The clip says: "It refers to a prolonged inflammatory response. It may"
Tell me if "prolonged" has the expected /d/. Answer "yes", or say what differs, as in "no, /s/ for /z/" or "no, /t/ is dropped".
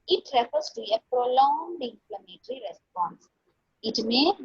yes